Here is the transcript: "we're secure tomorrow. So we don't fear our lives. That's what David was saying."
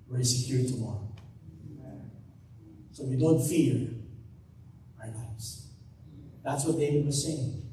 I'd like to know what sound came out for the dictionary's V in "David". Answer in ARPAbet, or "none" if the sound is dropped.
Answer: W